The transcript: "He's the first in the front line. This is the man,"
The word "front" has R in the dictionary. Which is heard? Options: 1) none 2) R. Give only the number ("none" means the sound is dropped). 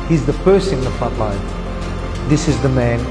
1